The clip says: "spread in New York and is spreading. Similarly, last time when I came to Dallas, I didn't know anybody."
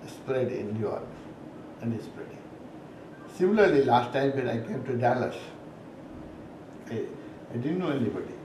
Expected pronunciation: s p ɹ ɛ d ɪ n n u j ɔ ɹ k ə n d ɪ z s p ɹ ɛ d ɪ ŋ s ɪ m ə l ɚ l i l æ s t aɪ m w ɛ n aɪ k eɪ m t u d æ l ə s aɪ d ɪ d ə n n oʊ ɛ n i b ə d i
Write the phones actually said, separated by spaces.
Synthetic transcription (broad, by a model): s p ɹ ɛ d ɪ n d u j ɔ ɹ ə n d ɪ s p ɹ ɛ d ɪ ŋ s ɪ m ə l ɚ l i l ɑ s t aɪ m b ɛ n aɪ k eɪ m t u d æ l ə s aɪ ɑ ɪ d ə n n oʊ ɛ n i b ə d i